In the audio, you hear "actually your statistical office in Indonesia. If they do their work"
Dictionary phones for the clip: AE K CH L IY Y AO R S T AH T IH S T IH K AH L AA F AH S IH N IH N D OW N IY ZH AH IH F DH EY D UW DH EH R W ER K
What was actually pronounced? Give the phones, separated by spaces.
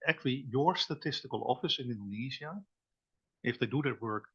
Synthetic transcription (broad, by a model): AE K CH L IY Y AO R S T AH T IH S T IH K AH L AA F AH S IH N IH N D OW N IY Z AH IH F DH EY D UW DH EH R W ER K